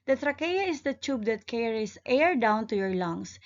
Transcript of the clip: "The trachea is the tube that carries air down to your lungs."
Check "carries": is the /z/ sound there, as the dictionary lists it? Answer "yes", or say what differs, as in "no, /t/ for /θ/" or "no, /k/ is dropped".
no, /s/ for /z/